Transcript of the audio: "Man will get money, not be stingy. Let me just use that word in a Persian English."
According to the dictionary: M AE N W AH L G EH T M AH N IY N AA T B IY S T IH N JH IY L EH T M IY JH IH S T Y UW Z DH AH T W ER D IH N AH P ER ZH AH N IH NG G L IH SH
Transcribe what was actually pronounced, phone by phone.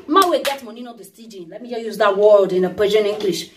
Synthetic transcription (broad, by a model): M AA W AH G EH T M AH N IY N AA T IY S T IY JH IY L EH T M IY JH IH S Y UW Z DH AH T W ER D IH N AH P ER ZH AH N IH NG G L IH SH